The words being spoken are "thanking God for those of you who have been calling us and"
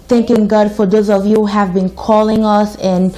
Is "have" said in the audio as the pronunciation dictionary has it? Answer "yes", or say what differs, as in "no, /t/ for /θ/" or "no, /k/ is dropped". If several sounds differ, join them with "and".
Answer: yes